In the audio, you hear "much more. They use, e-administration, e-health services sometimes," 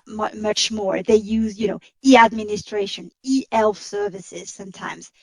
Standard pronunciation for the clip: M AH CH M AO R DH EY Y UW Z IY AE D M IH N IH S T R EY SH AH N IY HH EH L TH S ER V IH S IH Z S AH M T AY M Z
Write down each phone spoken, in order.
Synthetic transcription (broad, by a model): M AH CH M AO R DH EY Y UW Z IY AE D M IH N IH S T R EY SH AH N IY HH EH L F S ER V IH S IH Z S AH M T AY M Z